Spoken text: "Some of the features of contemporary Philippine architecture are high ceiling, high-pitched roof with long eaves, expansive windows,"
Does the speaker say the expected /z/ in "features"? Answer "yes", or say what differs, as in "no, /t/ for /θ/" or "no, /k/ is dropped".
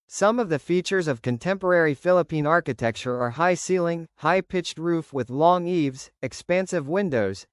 yes